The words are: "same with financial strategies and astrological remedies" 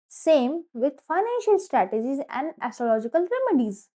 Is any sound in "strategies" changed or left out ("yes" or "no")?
no